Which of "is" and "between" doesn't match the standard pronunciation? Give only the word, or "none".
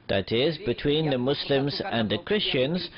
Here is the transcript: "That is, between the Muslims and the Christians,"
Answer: none